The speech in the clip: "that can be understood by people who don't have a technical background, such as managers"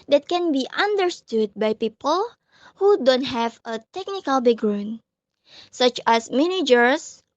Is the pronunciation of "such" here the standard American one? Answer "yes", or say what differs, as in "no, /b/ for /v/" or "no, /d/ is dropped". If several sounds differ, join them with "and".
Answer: yes